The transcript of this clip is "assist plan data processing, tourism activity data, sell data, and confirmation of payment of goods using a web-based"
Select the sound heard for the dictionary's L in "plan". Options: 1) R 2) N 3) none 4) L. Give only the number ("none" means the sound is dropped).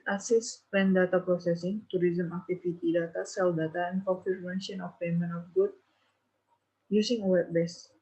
3